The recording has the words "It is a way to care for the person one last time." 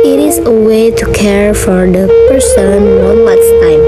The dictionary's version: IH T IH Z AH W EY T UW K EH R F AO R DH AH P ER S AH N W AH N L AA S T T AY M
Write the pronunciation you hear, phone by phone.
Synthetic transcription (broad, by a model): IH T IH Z AH W EY T UW K EH R F AO R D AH P ER S AH N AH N W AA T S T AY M